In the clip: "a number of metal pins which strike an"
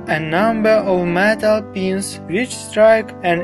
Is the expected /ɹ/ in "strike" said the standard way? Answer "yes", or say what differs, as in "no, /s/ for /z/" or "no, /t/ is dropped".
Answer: yes